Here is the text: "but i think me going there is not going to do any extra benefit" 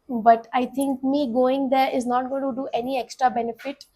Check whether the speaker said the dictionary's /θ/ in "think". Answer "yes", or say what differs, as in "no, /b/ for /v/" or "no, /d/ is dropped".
no, /t/ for /θ/